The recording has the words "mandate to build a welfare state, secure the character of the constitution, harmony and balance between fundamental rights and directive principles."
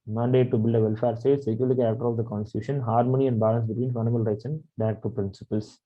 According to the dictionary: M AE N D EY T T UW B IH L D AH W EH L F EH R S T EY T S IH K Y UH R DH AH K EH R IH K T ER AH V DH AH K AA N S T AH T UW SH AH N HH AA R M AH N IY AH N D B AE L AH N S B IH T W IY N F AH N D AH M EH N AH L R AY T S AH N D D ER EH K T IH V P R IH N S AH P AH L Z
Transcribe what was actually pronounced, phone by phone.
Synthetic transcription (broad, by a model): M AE N D EY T T UW B IH L D AH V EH L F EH R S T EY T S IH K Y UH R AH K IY IH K T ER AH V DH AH K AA N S T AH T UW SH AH N HH AA R M AH N IY AH N D B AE L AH N S B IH T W IY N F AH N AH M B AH L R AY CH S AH N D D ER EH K T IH P R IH N S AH P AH L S